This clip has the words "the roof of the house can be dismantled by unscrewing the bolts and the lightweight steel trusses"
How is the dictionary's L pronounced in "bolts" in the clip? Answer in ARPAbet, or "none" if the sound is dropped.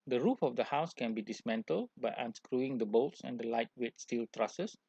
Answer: L